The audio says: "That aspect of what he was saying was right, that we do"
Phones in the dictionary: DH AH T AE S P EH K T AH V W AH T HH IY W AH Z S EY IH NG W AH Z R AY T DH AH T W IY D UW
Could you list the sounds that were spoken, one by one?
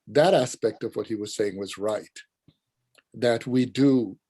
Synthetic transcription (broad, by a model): DH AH T AE S P EH K T AH V W AH T HH IY W AH Z S EY IH NG W AH Z R AY T DH AH T W IY D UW